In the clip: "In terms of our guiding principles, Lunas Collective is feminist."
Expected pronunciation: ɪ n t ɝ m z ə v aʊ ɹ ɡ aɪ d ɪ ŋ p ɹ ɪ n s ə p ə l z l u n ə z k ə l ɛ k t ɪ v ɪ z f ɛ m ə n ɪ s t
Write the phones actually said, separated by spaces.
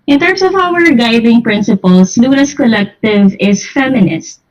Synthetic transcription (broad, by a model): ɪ n t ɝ m s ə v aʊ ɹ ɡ aɪ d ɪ ŋ p ɹ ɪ n s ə p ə l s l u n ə s k ə l ɛ k t ɪ v ɪ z f ɛ m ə n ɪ s t